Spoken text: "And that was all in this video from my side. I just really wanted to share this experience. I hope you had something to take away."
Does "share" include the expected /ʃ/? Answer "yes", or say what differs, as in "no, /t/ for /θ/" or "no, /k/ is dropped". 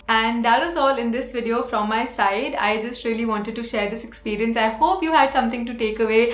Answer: yes